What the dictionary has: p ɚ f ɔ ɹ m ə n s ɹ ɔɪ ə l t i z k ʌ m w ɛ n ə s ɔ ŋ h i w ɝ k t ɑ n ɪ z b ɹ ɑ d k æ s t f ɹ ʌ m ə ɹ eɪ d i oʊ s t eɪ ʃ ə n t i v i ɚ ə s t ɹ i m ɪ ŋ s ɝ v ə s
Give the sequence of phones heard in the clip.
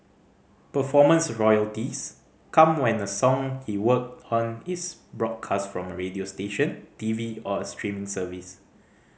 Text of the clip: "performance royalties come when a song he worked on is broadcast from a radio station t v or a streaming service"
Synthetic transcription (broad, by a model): p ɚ f ɔ m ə n s ɹ ɔɪ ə l t i s k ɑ m w ɛ n ə s ɔ ŋ h i w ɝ k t ɑ n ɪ s b ɹ ɑ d k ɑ s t f ɹ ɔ m ə ɹ eɪ d i oʊ s t eɪ ʃ ə n t i v i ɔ ə s t ɹ i m ɪ ŋ s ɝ v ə s